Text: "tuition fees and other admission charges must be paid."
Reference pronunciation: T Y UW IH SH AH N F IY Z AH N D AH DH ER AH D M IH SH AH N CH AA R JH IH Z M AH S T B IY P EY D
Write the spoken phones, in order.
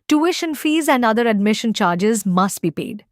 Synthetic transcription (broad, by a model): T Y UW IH SH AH N F IY Z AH N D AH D ER AH D M IH SH AH N CH AA R JH IH Z M AH S T B IY P EY D